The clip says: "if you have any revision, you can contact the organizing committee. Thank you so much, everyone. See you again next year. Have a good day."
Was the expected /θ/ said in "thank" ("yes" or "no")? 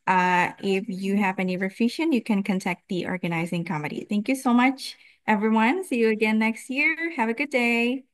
yes